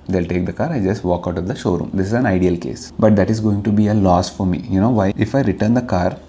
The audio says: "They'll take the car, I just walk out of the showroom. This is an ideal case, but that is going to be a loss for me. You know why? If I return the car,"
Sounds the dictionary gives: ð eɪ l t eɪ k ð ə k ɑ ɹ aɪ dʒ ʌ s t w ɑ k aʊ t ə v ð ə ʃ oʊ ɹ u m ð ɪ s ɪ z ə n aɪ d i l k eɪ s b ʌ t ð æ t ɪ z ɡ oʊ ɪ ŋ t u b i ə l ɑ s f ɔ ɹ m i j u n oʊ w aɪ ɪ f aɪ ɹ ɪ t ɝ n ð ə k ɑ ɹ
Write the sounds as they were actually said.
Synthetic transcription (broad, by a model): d eɪ l t eɪ k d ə k ɑ ɹ aɪ dʒ ʌ s t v ɑ k aʊ t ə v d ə ʃ oʊ ɹ u m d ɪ s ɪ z ə n aɪ d i l k eɪ s b ʌ t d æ t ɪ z ɡ oʊ ɪ ŋ t u b i ə l ɑ s f ɔ ɹ m i j u n oʊ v aɪ ɪ f aɪ ɹ ɪ t ɝ n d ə k ɑ ɹ